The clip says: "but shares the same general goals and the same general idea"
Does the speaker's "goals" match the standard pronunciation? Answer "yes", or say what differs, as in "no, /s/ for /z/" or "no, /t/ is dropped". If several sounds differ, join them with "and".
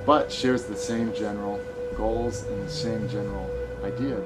yes